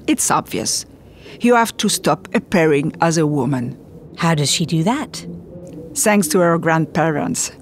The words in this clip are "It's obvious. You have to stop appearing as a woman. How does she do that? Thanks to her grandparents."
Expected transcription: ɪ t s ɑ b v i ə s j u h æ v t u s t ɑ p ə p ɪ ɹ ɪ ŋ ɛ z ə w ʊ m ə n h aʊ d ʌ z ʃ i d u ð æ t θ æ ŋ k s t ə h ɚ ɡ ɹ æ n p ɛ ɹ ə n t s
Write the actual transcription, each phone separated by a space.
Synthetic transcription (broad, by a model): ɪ t s ɑ b v i ə s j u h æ f t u s t ɑ p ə p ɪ ɹ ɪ ŋ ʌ z ə w ʊ m ə n h aʊ d ʌ z ʃ i d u ð æ t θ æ ŋ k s t ə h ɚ ɡ ɹ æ n p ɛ ɹ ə n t s